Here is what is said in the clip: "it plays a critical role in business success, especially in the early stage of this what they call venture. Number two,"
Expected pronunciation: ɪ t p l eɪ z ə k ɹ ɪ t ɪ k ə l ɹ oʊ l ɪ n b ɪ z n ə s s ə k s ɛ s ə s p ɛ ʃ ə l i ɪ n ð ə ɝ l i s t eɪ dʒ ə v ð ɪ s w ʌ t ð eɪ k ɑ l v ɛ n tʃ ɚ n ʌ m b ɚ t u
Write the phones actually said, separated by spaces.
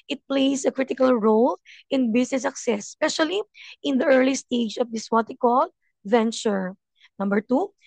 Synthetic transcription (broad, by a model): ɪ t p l eɪ s ə k ɹ ɪ t ɪ k ə l ɹ oʊ l ɪ n b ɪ s n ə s s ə k s ɛ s s p ɛ ʃ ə l i ɪ n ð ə ɝ l i s t eɪ dʒ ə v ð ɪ s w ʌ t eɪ k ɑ l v ɛ n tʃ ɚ n ʌ m b ɚ t u